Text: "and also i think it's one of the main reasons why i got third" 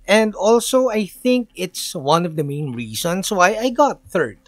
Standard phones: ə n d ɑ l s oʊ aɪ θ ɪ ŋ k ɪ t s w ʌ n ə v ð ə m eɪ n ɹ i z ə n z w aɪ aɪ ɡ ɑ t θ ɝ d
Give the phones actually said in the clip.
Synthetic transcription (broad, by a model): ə n d ɑ l s oʊ aɪ θ ɪ ŋ k ɪ t s w ʌ n ə v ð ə m eɪ n ɹ i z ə n s w aɪ aɪ ɡ ɑ t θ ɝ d